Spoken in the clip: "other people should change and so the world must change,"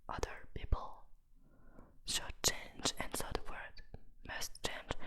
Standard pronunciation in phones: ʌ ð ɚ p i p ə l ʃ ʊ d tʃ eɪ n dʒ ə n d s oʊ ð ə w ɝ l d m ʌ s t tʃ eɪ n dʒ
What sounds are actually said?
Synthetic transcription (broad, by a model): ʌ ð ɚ p i p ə l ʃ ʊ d tʃ eɪ n dʒ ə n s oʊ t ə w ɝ d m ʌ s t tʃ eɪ n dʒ